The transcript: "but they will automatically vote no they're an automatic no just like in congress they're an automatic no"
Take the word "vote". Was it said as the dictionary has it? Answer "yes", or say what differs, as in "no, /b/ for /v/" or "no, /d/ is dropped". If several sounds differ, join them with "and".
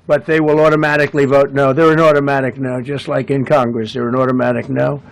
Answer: yes